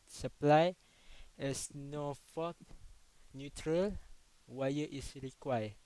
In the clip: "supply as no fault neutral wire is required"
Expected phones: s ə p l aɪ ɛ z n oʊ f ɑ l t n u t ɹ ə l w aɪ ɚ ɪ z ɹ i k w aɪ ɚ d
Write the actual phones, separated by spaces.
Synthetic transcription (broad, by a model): s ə p l aɪ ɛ s n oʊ f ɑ t n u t ɹ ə l w aɪ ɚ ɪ s ɹ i k w aɪ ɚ